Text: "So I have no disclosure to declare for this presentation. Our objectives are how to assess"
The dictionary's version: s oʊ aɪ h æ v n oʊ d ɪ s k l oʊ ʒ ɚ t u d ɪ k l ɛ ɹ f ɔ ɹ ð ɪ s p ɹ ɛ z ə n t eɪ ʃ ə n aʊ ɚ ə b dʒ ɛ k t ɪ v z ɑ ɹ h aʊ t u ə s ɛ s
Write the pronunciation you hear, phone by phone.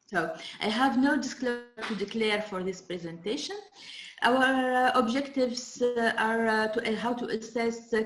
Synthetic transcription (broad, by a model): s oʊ aɪ h æ v n oʊ d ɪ s k l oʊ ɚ t u d ɪ k l ɛ ɹ f ɔ ɹ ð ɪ s p ɹ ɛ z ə n t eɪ ʃ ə n aʊ ɚ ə b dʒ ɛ k t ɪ v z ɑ ɹ h aʊ t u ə s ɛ s